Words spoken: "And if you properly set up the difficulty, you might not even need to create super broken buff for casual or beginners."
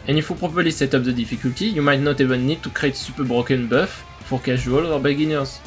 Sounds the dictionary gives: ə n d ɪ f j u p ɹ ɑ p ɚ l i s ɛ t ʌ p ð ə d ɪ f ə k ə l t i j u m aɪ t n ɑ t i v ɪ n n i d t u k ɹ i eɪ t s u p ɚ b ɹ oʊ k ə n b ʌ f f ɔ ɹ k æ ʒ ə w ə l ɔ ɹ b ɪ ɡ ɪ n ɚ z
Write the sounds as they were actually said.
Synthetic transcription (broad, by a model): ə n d ɪ f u p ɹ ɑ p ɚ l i s ɛ t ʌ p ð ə d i f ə k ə l t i j u m aɪ t n ɑ t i v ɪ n n i d t u k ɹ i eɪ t s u p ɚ b ɹ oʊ k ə n b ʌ f f ɔ ɹ k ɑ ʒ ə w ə l ɔ ɹ b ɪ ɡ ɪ n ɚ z